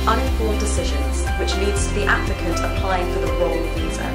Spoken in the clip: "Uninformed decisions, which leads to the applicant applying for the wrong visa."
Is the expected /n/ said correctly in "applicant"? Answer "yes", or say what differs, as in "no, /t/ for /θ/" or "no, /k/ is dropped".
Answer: no, /n/ is dropped